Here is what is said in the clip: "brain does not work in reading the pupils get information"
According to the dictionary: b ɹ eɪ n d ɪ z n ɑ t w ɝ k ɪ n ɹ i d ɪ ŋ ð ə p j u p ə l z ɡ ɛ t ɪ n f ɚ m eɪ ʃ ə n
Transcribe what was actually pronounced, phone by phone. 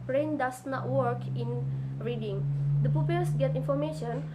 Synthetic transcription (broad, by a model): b ɹ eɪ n d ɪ s n ɑ t w ɝ k ɪ n ɹ i d ɪ ŋ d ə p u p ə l s ɡ ɛ t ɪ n f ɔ m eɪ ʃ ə n